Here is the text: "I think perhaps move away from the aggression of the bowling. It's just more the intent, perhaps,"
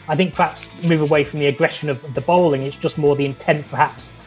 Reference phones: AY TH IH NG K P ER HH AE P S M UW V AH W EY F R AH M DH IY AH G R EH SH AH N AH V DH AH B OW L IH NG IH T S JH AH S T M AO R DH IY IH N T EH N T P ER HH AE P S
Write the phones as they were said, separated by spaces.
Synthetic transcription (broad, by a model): AY TH IH NG K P ER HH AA P S M UW V AH W EY F R AH M DH IY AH G R EH SH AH N AH V DH AH B OW L IH NG IH T S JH AH S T M AO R DH IY IH N T EH N P ER HH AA P S